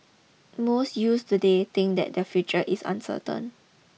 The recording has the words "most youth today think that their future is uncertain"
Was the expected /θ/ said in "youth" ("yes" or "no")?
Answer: no